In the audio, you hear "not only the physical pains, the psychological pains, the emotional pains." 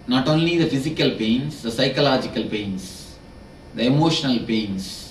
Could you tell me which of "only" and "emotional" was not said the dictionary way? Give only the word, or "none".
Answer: none